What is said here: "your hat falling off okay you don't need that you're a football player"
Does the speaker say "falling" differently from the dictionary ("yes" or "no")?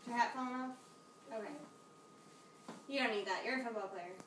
yes